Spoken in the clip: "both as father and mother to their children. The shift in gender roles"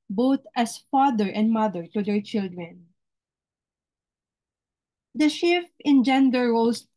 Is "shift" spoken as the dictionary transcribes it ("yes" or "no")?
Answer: no